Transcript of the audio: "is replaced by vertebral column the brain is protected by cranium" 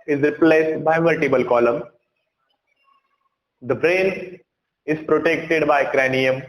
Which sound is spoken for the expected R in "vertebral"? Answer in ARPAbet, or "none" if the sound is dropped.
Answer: none